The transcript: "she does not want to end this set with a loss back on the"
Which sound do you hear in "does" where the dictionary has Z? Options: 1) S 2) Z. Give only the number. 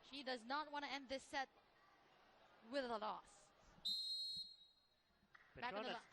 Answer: 2